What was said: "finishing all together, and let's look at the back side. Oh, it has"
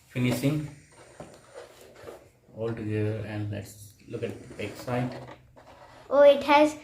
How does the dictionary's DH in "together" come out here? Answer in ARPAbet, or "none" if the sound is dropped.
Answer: none